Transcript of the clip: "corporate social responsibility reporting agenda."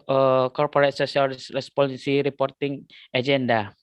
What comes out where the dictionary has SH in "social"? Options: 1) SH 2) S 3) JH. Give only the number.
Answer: 2